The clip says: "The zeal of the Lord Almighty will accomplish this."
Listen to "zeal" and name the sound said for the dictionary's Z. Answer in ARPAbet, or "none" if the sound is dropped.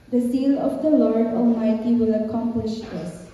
S